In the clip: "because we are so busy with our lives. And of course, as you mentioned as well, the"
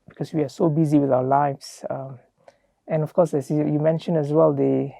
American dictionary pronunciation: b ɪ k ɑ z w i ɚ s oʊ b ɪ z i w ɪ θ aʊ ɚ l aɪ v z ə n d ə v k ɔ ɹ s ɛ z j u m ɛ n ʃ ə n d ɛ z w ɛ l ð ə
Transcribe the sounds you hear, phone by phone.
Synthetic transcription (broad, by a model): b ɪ k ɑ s w i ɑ s oʊ b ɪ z i w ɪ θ aʊ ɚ l aɪ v s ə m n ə f k ɔ s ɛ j j u m ɛ n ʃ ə n ɛ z w ɛ l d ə